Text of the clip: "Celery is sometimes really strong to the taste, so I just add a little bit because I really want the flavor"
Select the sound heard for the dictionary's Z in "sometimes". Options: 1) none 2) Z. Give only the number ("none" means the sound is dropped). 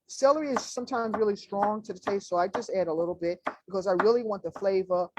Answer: 2